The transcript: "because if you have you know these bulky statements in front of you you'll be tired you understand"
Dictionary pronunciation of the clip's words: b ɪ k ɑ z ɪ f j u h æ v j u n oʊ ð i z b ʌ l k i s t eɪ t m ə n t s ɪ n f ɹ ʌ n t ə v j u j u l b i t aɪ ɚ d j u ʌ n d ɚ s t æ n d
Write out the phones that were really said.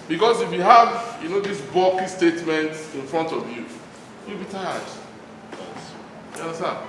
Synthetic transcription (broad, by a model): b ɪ k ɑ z ɪ f j u h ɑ v j u n oʊ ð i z b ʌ k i s t eɪ t m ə n t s ɪ n f ɹ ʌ n t ə v j u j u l b i t aɪ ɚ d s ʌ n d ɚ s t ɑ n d